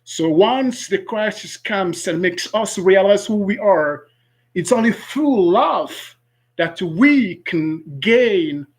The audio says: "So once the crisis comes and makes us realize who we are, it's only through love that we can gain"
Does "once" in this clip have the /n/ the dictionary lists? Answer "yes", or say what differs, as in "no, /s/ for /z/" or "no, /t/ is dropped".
yes